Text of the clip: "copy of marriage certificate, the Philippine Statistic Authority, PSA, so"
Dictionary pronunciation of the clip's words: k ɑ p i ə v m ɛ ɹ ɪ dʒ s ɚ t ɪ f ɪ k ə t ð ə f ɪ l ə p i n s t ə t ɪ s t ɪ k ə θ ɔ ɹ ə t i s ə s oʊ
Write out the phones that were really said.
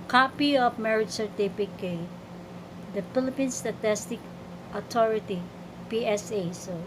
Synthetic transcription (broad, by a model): k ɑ p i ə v m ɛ ɹ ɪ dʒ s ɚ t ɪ p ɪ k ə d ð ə f ɪ l ə p i n s t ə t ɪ s t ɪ k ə t ɔ ɹ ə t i s ə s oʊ